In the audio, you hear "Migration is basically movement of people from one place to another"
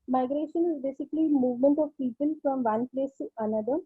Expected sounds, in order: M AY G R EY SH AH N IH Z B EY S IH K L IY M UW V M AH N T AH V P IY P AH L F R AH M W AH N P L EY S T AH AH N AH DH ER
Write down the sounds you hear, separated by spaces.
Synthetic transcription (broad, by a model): M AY G R EY SH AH N IH Z B EY S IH K L IY M UW V M AH N T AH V P IY P AH L F R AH M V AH N P L EY S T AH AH N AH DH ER